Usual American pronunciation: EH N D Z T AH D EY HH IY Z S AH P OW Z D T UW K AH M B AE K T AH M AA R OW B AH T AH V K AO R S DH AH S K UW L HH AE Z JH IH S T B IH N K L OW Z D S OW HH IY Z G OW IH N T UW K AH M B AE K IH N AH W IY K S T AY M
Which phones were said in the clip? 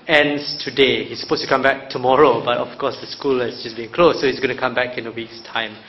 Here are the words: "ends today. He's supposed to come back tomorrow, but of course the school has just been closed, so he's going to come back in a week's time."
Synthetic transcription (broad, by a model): EH N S T AH D EY HH IY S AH P OW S T UW K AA M B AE K T AH M AA R OW B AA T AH F K AO S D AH S K UW L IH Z JH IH S B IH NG K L OW S OW HH IY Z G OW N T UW K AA M B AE K IH N AH W IY K S T AY M